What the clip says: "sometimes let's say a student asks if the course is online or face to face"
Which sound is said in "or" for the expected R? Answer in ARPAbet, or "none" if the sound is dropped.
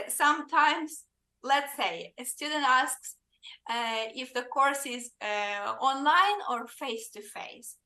R